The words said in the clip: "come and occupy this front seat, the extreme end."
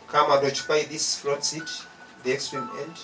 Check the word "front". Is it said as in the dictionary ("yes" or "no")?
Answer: no